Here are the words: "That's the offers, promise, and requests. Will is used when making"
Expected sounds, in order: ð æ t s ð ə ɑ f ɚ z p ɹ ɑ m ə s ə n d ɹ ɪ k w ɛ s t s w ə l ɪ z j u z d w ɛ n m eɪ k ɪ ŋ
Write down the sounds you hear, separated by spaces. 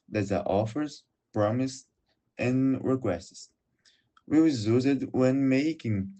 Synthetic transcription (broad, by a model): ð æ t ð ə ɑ f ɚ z p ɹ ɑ m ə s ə n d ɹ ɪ k w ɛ s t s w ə w ɪ z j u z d w ɛ n m eɪ k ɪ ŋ